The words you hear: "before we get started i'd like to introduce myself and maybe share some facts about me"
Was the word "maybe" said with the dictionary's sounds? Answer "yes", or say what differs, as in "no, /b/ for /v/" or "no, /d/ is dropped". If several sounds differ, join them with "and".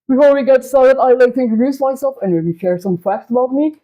no, /b/ is dropped